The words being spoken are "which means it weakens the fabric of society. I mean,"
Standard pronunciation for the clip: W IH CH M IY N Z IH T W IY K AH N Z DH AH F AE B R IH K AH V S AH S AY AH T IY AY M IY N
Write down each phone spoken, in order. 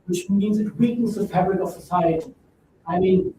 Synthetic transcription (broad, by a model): W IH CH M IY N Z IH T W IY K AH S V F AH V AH R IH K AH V S AH S AY AH T IY AY M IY N